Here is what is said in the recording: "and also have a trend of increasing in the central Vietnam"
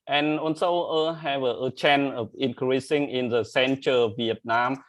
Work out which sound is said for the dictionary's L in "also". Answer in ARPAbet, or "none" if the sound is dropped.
N